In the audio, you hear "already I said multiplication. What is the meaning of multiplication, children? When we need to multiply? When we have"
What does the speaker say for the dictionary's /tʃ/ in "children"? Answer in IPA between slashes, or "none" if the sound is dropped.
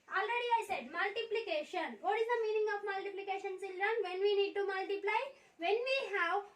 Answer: /s/